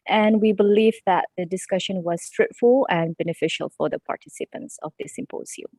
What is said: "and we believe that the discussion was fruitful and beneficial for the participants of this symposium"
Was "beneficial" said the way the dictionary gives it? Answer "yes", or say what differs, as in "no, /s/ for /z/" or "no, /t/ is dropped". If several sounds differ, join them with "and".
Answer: yes